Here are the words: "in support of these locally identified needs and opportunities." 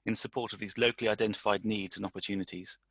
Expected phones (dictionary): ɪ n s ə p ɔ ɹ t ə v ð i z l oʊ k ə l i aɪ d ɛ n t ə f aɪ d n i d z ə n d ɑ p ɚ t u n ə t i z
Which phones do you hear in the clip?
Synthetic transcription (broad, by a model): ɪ n s ə p ɔ t ə v ð i z l oʊ k ə l i aɪ d ɛ n t ə f aɪ d n i d z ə n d ɑ p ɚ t u n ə t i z